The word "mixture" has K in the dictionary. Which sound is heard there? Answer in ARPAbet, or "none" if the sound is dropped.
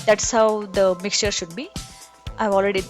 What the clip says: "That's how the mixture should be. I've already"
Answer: K